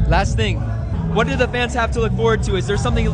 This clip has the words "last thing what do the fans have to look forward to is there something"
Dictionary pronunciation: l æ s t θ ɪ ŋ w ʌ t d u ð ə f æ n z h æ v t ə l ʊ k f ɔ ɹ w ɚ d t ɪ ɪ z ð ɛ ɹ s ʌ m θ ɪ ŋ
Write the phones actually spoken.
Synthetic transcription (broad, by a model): l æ s t θ ɪ ŋ w ʌ t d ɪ ð ə f æ n z h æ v t ə l ʊ k f ɔ ɹ w ɚ d t ɪ ɪ z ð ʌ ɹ s ʌ m θ ɪ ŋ